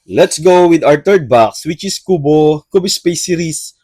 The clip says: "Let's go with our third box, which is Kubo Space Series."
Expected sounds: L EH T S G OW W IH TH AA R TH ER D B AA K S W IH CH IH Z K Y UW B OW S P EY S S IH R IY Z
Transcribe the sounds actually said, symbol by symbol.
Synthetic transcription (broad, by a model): L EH T S G OW W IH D AA R T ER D B AA K S W IH CH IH S K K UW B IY S P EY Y S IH R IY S